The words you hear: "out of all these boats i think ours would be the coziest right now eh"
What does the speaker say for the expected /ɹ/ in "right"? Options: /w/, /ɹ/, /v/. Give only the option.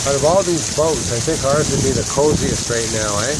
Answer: /ɹ/